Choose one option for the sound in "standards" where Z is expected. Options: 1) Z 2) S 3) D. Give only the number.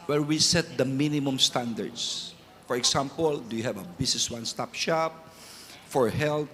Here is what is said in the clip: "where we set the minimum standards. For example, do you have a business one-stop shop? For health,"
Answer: 2